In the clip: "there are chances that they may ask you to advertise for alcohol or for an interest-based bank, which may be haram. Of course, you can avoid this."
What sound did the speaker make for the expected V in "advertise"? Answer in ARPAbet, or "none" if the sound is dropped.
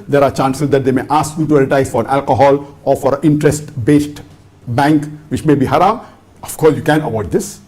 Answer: none